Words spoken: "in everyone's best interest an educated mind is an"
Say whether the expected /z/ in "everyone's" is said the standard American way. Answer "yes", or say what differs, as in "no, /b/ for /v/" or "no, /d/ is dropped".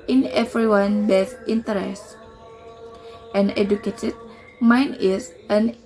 no, /z/ is dropped